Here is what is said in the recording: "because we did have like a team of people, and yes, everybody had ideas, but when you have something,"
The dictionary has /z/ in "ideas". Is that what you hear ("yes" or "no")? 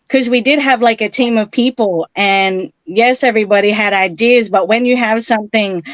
yes